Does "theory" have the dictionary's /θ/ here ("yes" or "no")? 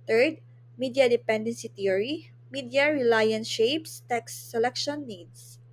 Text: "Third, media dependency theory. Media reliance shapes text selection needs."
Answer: no